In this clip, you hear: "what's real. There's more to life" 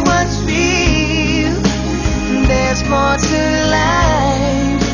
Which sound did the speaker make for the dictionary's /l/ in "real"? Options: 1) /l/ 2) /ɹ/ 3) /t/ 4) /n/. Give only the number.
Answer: 4